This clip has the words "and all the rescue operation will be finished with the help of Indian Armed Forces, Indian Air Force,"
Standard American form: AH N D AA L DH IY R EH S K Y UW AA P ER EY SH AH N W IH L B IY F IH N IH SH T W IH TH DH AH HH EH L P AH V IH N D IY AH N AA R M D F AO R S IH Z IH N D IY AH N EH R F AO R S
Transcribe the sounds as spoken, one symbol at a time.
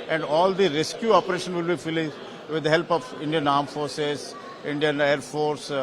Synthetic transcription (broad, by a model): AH N D AA L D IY R EH S K Y UW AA P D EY SH AH N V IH L B IY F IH L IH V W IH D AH HH EH L P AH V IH N D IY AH N AA R M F AO R S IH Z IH N D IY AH N EH R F AO R S